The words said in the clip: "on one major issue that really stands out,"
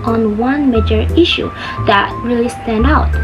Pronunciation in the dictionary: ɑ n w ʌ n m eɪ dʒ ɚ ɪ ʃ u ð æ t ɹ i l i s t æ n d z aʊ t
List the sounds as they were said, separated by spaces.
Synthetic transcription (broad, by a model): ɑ n w ʌ n m eɪ dʒ ɚ ɪ ʃ u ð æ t ɹ i l i s t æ n d aʊ t